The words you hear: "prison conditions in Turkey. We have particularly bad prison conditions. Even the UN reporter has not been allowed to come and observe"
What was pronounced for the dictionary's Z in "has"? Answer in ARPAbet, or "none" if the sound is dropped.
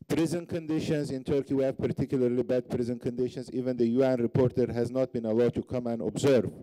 Z